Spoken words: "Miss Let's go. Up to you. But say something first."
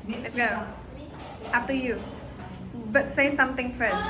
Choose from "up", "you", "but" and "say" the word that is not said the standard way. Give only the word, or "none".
up